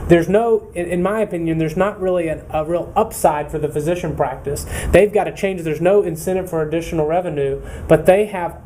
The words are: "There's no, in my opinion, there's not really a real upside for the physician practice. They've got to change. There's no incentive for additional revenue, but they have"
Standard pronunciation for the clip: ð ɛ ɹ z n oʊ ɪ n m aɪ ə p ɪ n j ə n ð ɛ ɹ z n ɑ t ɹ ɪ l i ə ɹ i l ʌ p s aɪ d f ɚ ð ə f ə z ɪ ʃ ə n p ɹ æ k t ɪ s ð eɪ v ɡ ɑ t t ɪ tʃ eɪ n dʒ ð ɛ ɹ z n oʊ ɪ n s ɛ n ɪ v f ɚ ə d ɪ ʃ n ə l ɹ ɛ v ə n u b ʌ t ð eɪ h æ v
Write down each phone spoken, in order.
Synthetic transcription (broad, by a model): ð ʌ ɹ z n oʊ ɪ n m aɪ ə p ɪ n j ə n ð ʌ ɹ z n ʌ t ɹ ɪ l i ə ɹ i l ʌ p s aɪ d f ɚ ð ə f ə z ɪ ʃ ə n p ɹ æ k t ɪ s ð eɪ v ɡ ɑ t t ɪ tʃ eɪ n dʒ ð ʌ ɹ z n oʊ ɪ n s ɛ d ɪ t f ɚ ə d ɪ ʃ n l ɹ ɛ v ə n u b ʌ t ð eɪ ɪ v